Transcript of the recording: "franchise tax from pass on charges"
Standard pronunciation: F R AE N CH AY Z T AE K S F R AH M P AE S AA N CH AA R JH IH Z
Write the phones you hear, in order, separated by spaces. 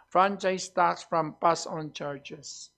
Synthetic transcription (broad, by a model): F R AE N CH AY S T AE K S F R AH M B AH S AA N CH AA R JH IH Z